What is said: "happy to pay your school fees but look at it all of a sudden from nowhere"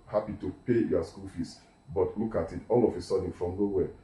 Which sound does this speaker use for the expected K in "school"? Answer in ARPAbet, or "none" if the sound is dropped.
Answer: K